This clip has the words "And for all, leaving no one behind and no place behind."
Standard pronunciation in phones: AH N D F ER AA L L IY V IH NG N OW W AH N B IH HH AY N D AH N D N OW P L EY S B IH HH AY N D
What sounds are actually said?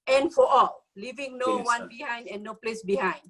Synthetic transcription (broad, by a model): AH N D F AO AA L L IY V IH NG N OW W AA N B IH HH AY N D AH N N OW P L EY S B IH HH AY N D